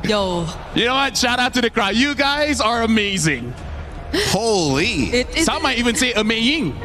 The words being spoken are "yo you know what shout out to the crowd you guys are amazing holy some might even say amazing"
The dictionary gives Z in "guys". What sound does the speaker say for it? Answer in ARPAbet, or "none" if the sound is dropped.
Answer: Z